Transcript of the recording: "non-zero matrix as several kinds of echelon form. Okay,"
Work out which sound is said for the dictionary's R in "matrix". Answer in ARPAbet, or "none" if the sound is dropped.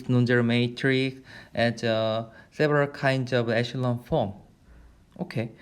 R